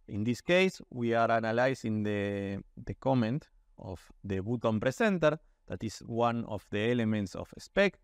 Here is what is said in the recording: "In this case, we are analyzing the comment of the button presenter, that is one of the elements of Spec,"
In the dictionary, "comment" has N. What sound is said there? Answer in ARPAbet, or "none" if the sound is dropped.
N